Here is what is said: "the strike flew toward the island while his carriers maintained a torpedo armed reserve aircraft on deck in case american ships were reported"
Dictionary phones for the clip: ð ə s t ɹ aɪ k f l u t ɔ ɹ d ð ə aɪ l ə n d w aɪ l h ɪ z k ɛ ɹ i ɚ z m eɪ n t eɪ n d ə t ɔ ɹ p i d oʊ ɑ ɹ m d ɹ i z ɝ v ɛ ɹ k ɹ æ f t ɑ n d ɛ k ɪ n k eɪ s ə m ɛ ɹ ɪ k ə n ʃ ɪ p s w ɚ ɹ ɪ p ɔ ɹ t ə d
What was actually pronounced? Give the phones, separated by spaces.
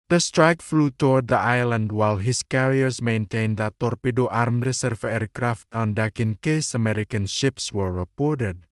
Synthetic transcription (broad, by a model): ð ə s t ɹ aɪ k f l u t ɔ ɹ d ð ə aɪ l ə n d w aɪ l h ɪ s k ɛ ɹ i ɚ s m eɪ n t eɪ n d ə t ɔ ɹ p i d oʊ ɑ ɹ m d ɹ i s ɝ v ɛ ɹ k ɹ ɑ f t ɑ n d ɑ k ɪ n k eɪ s ə m ɛ ɹ ɪ k ə n ʃ ɪ p s w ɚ ɹ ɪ p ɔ ɹ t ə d